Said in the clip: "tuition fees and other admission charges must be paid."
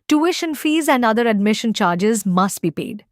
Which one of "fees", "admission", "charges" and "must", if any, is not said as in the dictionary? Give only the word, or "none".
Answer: none